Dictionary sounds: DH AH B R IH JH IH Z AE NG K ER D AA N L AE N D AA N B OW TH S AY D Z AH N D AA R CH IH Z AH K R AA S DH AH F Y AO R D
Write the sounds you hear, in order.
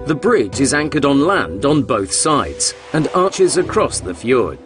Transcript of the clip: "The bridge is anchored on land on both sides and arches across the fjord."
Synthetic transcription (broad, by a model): DH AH B R IH JH IH Z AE NG K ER D N L AE N D N B OW TH S AY D Z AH N AA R CH IH Z AH K R AA S DH AH F Y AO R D